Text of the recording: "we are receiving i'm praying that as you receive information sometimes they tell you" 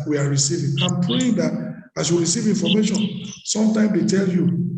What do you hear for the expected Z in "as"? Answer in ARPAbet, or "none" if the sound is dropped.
S